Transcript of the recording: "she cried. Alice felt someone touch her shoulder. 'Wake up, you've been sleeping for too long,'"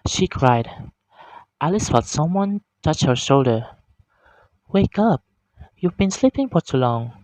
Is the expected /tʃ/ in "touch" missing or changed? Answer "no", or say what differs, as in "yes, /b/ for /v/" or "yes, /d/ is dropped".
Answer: no